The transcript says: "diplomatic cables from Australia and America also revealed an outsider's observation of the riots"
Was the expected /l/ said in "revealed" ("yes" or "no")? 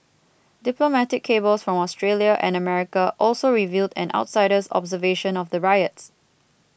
yes